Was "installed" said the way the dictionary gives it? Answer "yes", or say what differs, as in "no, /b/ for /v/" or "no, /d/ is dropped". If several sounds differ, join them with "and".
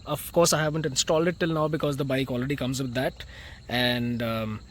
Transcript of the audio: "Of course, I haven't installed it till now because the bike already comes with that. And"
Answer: yes